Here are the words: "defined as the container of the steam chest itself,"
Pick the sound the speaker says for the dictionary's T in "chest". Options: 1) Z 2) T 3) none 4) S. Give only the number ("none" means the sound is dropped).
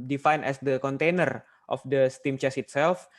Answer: 3